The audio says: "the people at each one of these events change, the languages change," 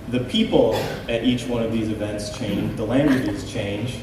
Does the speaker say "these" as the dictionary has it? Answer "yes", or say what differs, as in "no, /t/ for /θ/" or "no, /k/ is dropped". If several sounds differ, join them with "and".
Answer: yes